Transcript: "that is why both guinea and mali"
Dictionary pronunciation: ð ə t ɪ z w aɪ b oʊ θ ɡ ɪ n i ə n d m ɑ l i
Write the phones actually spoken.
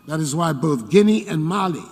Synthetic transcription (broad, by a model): ð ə t ɪ z w aɪ b oʊ θ ɡ ɪ n i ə n m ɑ l i